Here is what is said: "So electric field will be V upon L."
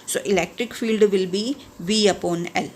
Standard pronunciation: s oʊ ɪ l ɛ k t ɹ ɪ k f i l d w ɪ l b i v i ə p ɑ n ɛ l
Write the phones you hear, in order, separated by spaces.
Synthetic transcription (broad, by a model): s oʊ ɪ l ɛ k t ɹ ɪ k f i l d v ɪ l b i v i ə p ɑ n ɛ l